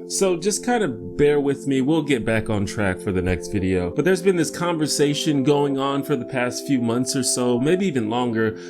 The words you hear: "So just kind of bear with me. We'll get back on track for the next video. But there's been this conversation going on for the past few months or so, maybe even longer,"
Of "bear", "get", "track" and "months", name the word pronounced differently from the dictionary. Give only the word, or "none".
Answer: none